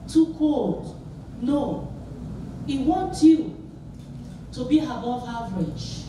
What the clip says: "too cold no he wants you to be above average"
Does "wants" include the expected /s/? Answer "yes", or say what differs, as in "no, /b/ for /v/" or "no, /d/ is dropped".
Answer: no, /s/ is dropped